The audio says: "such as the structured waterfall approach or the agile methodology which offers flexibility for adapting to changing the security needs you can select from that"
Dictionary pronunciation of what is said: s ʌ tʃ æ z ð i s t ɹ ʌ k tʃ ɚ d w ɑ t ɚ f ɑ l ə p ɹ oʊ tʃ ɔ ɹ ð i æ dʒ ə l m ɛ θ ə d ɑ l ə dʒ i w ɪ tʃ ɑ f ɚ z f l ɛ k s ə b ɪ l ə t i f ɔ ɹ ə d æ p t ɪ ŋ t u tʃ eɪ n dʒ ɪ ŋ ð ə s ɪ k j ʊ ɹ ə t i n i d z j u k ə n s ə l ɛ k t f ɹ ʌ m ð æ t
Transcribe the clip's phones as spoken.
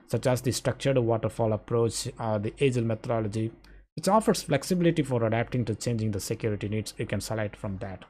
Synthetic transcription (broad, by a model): s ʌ tʃ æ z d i s t ɹ ʌ k tʃ ɚ d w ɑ t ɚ f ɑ l ə p ɹ oʊ tʃ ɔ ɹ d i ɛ dʒ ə l m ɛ t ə d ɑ l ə dʒ i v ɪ tʃ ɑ f ɚ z f l ɛ k s ə b ɪ l ə t i f ɔ ɹ ə d æ p t ɪ ŋ t u tʃ eɪ n dʒ ɪ ŋ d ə s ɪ k j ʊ ɹ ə t i n i d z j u k ə n s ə l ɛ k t f ɹ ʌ m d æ t